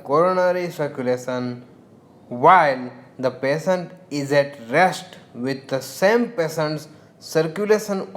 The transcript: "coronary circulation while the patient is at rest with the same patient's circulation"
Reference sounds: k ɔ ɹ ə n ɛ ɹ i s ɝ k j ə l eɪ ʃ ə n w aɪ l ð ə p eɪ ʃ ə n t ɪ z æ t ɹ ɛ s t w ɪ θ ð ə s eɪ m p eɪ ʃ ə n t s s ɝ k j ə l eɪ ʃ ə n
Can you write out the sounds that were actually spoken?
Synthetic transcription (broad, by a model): k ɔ ɹ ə n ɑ ɹ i s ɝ k j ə l eɪ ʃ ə n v aɪ l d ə p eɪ s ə n t ɪ z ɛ t ɹ ɛ s t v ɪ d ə s eɪ m p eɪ s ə n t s s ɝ k j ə l eɪ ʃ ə n